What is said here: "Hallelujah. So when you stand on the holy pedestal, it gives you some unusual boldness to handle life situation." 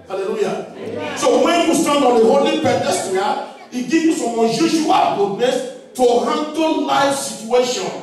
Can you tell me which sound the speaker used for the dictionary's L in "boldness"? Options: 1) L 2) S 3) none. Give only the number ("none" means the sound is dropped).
3